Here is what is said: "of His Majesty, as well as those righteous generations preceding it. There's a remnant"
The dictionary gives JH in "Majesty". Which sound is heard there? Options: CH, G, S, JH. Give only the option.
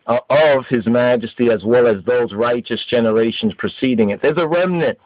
JH